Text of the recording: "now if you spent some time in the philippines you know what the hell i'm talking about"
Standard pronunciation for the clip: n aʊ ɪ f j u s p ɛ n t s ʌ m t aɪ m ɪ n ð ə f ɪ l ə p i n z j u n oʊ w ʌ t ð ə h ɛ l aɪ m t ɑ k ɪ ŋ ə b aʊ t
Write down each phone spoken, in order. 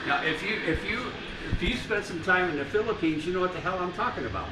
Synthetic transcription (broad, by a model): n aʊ ɪ f j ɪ s p ɛ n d s ʌ m t aɪ m ɪ n ð ə f ɪ l ə p i n z j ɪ n oʊ w ʌ t ð ə h ɛ l aɪ m t ɑ k ɪ ŋ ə b aʊ t